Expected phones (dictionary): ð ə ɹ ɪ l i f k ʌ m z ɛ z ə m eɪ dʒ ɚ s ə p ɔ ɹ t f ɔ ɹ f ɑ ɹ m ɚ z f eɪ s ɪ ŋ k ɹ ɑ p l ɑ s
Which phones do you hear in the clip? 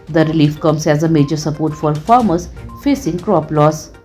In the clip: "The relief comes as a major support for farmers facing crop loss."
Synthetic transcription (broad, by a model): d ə ɹ ɪ l i f k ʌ m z ɛ z ə m eɪ dʒ ɚ s ə p ɔ ɹ t f ɔ ɹ f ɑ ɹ m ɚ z f eɪ s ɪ ŋ k ɹ ɑ p l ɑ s